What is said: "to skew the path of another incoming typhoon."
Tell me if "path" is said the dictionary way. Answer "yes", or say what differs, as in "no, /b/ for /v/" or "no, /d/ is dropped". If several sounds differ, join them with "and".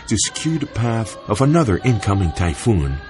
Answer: yes